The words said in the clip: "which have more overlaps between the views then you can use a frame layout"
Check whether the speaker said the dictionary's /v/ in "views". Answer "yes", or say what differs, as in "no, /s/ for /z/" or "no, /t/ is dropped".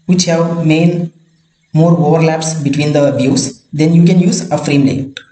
no, /b/ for /v/